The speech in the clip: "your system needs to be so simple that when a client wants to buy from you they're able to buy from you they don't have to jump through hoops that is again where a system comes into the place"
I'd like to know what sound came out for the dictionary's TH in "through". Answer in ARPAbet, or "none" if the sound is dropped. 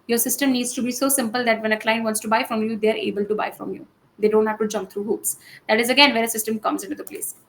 T